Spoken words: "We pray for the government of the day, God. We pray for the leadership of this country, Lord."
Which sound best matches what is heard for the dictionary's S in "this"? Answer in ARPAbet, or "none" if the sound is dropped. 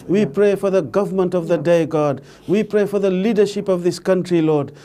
S